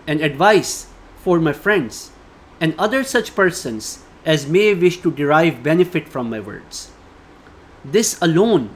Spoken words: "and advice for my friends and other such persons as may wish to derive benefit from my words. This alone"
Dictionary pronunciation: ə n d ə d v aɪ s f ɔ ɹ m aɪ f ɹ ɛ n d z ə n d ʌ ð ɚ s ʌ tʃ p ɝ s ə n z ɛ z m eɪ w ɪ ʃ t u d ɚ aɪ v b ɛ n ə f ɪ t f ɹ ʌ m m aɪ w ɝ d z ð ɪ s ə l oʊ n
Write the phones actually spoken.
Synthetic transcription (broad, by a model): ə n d ə d v aɪ s f ɔ ɹ m aɪ f ɹ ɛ n d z ə n d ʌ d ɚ s ʌ tʃ p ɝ s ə n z ɛ z m eɪ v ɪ ʃ t u d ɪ aɪ v b ɛ n ə f ɪ t f ɹ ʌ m m aɪ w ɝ d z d ɪ s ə l oʊ n